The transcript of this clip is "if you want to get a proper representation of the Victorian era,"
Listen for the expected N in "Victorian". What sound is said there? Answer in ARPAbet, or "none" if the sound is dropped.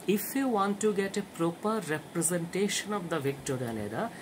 L